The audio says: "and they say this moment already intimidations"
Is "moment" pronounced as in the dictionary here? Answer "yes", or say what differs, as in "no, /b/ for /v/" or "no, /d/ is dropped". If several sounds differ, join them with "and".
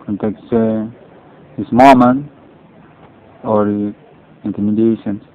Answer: no, /t/ is dropped